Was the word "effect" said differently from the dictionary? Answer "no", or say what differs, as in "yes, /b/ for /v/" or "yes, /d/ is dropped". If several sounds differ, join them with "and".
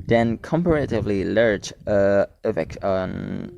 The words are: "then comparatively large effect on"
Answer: yes, /t/ is dropped